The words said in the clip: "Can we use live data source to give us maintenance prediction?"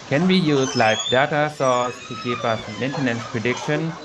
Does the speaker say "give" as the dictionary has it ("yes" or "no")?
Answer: no